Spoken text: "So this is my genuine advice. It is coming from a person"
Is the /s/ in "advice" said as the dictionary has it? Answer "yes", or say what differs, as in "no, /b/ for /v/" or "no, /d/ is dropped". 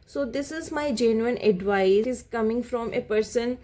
no, /s/ is dropped